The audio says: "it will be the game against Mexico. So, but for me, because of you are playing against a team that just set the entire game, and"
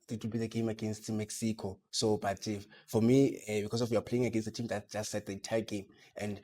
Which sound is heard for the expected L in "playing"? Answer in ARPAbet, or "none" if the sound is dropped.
L